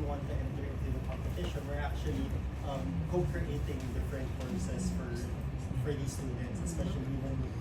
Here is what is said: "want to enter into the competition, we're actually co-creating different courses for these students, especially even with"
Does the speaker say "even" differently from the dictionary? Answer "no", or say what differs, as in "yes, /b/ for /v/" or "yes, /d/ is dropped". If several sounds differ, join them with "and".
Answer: yes, /w/ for /v/